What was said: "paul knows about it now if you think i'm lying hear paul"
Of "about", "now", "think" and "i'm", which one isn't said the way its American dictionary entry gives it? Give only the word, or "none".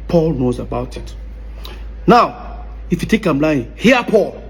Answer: think